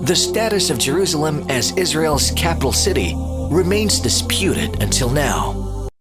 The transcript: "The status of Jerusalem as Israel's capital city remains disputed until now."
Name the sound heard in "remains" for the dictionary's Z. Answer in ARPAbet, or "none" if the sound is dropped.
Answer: Z